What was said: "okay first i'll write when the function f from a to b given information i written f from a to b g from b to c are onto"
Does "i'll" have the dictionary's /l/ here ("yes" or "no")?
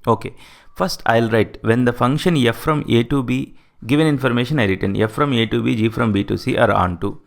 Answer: yes